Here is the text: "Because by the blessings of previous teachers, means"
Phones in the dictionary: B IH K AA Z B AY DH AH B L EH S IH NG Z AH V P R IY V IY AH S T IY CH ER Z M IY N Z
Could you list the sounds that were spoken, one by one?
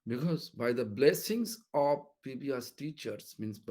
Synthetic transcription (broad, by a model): B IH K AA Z B AY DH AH B L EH S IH NG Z AH V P IY B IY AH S T IY CH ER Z M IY N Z